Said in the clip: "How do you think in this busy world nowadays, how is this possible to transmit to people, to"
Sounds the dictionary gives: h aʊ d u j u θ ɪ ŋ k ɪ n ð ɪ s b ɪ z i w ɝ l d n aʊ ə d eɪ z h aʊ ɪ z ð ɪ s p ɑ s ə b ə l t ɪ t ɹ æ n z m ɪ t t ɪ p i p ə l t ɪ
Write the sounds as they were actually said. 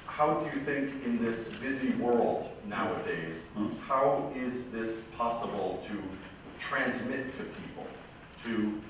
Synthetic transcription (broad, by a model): h aʊ d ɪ j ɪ θ ɪ ŋ k ɪ n ð ɪ s b ɪ z i w ɝ l d n aʊ ə d eɪ z h aʊ ɪ z ð ɪ s p ɑ s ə b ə l t ɪ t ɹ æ n z m ɪ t t ɪ p i p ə l t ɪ